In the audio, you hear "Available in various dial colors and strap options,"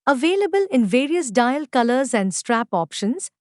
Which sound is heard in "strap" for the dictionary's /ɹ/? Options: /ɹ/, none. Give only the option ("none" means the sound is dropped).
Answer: /ɹ/